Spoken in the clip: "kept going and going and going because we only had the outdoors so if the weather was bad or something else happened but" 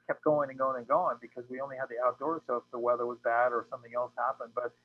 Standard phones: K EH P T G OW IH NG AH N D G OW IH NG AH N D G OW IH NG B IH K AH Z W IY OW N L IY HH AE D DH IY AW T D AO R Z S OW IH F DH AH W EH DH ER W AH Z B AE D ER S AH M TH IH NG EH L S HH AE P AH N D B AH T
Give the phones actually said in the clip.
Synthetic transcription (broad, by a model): K EH P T G OW IH NG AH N G OW IH NG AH N G OW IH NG B IH K AH Z W IY OW N L IY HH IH D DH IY AW T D AO R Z S OW IH F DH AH W EH DH ER W AH Z B AE D ER S AH M TH IH NG EH L S HH AE P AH N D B AH T